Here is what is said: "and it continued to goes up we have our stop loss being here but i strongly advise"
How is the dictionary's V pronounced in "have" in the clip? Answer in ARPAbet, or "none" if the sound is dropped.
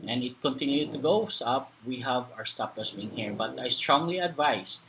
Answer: V